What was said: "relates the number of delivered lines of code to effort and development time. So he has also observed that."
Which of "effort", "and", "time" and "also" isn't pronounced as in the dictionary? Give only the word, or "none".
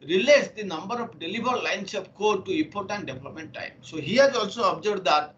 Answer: effort